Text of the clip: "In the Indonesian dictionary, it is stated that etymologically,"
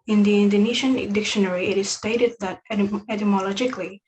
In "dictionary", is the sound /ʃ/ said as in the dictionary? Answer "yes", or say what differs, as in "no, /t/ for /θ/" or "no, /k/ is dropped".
yes